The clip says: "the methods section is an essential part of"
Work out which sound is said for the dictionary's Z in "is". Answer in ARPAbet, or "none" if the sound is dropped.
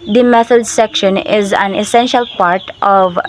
Z